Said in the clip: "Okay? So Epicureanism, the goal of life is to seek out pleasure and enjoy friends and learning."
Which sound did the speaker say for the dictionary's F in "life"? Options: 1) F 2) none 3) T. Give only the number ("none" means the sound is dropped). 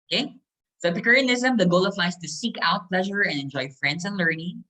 2